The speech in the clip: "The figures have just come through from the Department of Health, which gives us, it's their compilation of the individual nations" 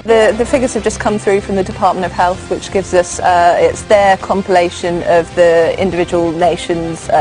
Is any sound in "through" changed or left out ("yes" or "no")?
no